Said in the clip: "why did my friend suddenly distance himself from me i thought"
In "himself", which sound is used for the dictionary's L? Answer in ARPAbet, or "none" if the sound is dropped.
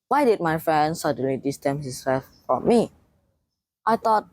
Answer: none